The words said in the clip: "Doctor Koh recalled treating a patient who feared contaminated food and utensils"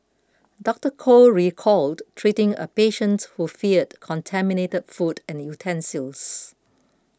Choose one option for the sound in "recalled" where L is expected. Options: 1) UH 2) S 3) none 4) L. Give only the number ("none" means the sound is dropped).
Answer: 4